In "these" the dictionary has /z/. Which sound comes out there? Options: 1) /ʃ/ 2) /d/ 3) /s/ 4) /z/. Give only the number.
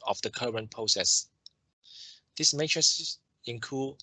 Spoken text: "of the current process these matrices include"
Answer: 3